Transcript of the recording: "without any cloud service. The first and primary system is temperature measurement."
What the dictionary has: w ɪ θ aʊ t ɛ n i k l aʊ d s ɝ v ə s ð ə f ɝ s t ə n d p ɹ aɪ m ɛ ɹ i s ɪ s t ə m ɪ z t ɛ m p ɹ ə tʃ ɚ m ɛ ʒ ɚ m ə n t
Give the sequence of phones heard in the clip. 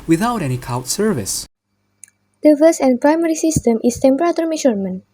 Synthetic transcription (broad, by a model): w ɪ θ aʊ t ɛ n i k aʊ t s ɝ v ə s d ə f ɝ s ə n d p ɹ aɪ m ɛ ɹ i s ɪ s t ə m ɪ s t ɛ m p ɹ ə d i m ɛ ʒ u m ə n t